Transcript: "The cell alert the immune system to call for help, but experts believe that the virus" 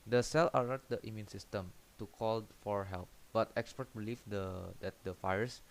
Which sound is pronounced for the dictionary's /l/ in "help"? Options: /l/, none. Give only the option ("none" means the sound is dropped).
/l/